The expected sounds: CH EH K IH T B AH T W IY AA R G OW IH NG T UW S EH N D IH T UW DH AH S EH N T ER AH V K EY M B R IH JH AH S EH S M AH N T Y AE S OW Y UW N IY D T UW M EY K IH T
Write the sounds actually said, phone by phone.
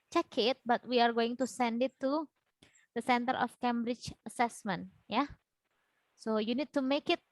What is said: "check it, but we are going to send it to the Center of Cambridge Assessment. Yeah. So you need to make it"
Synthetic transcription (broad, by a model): CH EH K IH T B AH T W IY AA R G OW IH NG T UW S EH N D IH T UW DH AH S EH N T ER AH F K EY M B R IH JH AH S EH S M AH N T Y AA S OW Y UW N IY D T UW M EY K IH T